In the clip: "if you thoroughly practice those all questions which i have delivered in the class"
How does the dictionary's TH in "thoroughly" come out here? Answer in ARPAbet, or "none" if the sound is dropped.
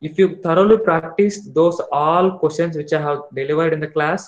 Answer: T